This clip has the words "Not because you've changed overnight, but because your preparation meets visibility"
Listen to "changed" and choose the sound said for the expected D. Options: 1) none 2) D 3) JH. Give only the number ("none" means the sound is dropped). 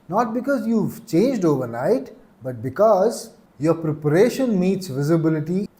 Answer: 2